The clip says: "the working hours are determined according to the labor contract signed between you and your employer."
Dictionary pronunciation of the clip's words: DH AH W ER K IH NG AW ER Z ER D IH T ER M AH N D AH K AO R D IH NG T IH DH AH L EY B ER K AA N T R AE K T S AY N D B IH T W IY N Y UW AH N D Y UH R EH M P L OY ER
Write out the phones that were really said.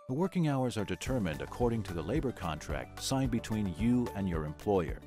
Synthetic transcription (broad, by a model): DH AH W ER K IH NG AW ER Z ER D IH T ER M AH N D AH K AO R D IH NG T IH DH AH L EY B ER K AA N T R AE K T S AY N B IH T W IY N Y UW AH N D Y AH R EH M P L OY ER